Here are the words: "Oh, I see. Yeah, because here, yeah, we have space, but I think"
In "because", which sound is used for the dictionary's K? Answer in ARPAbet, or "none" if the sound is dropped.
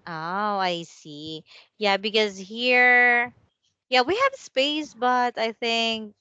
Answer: K